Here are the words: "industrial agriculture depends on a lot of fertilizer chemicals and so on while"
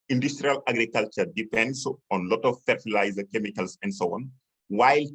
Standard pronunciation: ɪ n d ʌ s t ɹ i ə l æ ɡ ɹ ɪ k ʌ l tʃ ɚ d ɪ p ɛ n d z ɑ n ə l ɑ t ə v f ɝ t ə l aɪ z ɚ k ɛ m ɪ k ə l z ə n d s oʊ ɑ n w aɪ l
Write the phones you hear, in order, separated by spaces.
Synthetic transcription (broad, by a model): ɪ n d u s t ɹ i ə l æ ɡ ɹ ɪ k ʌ l tʃ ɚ d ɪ p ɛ n d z ɑ n l ɑ t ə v f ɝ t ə l aɪ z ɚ k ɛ m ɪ k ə l s ə n d s oʊ ɑ n w aɪ l